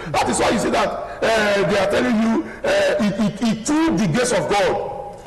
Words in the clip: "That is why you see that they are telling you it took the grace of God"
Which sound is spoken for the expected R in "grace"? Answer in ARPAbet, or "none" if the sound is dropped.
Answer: none